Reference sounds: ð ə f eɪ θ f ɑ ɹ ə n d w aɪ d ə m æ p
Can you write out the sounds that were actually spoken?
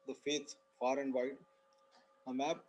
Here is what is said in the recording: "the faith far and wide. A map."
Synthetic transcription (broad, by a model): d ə f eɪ s f ɑ ɹ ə n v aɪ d ə m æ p